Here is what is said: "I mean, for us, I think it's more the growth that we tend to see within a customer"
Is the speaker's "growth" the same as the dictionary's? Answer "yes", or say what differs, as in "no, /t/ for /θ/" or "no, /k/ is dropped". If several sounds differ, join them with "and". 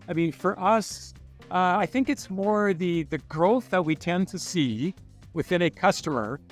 yes